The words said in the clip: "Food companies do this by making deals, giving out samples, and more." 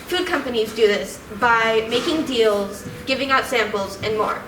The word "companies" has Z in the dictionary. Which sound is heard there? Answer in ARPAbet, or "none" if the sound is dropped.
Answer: Z